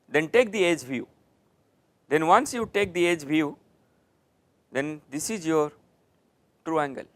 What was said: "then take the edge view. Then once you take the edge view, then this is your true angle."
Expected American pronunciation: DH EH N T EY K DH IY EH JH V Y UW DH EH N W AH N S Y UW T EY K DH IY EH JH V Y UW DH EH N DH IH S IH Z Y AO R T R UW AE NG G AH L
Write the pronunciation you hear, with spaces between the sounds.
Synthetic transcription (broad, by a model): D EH N T EY K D IY EH JH V Y UW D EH N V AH N S Y UW T EY K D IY EH JH V Y UW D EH N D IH S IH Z Y AO R T R UW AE NG G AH L